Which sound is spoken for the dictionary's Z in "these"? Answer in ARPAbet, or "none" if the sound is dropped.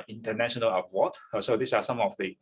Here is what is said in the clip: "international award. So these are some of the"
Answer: S